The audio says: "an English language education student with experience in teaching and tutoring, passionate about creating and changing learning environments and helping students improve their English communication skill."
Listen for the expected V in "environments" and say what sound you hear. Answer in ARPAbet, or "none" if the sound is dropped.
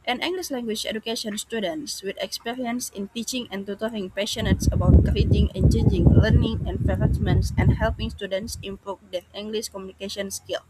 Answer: F